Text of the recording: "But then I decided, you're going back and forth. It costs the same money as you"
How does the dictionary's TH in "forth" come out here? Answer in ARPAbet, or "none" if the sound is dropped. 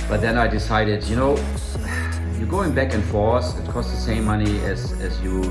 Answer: S